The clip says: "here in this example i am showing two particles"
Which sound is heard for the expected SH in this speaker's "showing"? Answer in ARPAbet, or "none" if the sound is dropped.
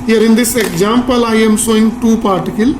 S